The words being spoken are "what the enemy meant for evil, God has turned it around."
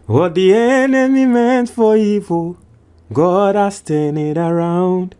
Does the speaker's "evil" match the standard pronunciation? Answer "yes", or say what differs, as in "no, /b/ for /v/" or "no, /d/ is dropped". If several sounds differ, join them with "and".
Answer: no, /f/ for /v/